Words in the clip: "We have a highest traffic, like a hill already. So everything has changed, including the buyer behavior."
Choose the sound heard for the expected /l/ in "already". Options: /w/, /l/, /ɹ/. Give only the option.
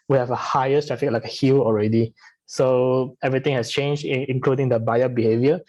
/l/